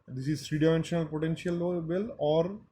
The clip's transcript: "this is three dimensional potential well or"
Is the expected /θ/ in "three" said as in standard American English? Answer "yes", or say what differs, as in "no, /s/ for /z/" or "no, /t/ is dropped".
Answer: no, /s/ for /θ/